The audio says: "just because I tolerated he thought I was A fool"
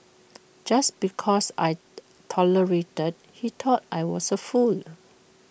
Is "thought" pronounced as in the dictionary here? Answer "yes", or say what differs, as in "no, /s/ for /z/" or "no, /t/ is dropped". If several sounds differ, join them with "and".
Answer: no, /t/ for /θ/